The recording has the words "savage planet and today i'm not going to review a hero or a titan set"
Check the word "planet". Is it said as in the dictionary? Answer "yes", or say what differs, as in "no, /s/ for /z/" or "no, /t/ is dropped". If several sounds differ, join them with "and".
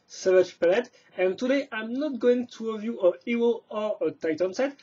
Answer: no, /l/ is dropped and /l/ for /n/